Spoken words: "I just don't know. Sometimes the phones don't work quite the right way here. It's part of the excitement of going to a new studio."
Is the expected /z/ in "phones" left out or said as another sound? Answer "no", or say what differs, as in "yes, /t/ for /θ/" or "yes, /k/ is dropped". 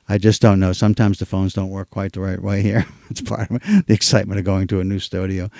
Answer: no